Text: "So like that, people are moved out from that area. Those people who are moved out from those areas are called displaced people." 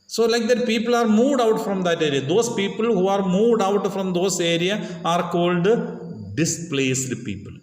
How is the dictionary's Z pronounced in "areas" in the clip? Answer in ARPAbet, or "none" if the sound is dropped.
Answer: none